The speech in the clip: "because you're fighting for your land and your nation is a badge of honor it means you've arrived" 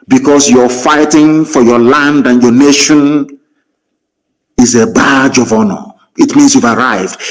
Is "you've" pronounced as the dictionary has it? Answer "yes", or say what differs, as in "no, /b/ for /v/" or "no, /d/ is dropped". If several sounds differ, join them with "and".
yes